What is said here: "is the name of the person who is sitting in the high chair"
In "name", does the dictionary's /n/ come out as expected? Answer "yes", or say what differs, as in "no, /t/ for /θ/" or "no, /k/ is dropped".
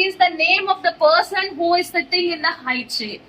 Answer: yes